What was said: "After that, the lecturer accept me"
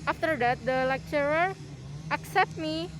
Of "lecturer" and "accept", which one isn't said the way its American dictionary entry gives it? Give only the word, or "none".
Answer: none